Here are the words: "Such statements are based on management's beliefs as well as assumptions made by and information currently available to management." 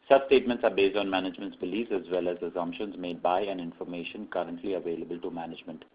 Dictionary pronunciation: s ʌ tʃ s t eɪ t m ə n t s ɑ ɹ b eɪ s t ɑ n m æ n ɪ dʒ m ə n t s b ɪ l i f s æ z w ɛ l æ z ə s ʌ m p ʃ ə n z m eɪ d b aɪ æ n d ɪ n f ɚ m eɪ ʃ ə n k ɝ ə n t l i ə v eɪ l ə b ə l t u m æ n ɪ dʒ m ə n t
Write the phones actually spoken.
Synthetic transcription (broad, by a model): s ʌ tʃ s t eɪ t m ə n t s ɑ ɹ b eɪ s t ɑ n m æ n ɪ dʒ m ə n t s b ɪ l i s æ z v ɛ l æ z ə s ʌ m p ʃ ə n z m eɪ d b aɪ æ n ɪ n f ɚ m eɪ ʃ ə n k ɝ ə n t l i ə v eɪ l ə b ə l t u m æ n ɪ dʒ m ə n t